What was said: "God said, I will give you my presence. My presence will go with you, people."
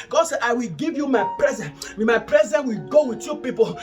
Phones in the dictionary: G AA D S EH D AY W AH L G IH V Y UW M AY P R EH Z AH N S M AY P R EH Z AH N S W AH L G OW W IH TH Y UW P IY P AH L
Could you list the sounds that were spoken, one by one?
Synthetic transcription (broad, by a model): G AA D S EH AY W AH L G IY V Y UW M AY P R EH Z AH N M AY P R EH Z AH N W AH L G OW W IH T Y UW P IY P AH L